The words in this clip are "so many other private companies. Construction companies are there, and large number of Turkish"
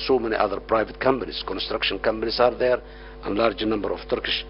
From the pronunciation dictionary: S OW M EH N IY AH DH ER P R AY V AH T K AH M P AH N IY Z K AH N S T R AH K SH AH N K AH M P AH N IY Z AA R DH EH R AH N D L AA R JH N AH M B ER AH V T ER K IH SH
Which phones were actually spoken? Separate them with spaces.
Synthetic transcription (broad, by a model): S OW M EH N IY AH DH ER P R AY V AH T K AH M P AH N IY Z K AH N S T R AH K SH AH N K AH M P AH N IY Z AA R DH EH R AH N L AA R JH N AH M B ER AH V T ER K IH SH